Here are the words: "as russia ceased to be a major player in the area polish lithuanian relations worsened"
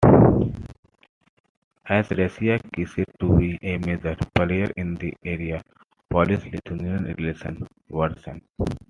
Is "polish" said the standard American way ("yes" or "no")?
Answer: no